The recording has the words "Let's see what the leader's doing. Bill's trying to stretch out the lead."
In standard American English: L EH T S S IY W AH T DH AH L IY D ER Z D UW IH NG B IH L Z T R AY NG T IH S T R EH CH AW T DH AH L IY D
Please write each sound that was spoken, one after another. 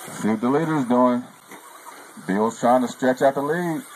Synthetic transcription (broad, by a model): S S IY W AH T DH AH L IY D ER Z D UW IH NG B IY L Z T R AY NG T IH S T R EH CH AW T DH AH L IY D